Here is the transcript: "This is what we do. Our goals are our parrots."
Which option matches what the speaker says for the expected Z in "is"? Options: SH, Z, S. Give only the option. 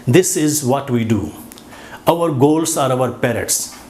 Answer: Z